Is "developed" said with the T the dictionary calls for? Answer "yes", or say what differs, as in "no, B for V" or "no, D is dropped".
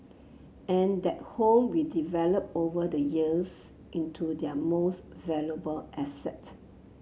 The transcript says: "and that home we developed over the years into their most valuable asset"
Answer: no, T is dropped